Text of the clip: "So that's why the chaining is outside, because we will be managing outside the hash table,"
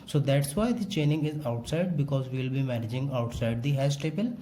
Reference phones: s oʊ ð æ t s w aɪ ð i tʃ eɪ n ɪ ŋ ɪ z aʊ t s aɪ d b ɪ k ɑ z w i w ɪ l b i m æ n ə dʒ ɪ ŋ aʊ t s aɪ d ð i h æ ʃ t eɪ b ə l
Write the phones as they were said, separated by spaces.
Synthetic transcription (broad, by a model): s oʊ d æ t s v aɪ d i tʃ eɪ n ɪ ŋ ɪ z aʊ t s aɪ d b ɪ k ɑ z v i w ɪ l b i m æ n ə dʒ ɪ ŋ aʊ t s aɪ d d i h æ s t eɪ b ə l